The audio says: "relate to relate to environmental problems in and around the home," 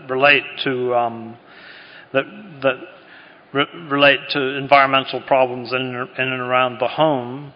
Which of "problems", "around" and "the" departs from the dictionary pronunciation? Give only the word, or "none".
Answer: none